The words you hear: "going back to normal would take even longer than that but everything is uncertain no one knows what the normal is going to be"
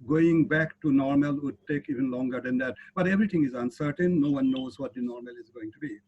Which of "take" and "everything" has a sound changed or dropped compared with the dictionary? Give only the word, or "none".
everything